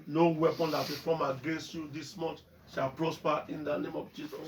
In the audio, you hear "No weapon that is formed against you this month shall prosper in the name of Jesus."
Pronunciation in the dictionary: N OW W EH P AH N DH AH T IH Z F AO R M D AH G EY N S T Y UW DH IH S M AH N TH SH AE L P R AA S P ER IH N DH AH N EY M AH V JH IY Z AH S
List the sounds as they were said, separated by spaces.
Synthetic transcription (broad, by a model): N OW W EH P AH N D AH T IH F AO M AH G EY N S T Y UW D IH S M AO N T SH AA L P R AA S P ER IH N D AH N EY M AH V JH IY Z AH S